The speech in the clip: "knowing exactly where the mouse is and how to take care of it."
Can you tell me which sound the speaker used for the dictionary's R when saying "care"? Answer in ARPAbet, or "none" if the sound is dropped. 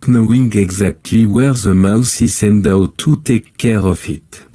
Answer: R